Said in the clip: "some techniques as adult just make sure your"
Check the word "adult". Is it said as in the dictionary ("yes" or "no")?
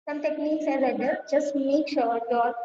no